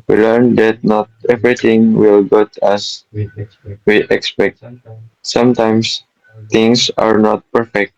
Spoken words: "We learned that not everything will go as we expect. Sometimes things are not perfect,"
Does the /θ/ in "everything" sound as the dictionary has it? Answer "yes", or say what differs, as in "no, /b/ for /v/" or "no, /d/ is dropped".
no, /t/ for /θ/